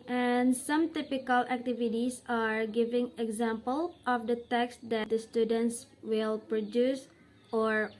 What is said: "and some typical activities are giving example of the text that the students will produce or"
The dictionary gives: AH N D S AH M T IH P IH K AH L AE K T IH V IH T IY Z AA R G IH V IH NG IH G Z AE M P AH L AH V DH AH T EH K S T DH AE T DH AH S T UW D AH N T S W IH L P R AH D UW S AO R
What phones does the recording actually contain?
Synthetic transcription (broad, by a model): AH N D S AH M T IH P IH K AH L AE K T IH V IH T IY S AA R G IH V IH NG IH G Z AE M P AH L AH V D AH T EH K S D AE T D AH S T UW D AH N T S W IH L P R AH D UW S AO R